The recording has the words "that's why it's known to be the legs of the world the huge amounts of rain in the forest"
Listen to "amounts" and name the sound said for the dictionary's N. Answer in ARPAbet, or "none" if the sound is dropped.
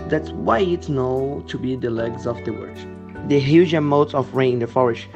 none